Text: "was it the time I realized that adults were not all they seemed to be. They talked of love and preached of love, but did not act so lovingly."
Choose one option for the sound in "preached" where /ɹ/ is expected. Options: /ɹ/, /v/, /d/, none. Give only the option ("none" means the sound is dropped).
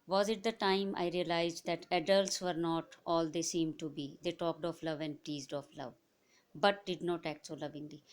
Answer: none